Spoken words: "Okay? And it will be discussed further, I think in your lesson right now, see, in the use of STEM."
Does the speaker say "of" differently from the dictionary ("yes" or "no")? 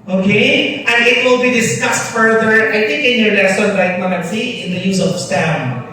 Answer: yes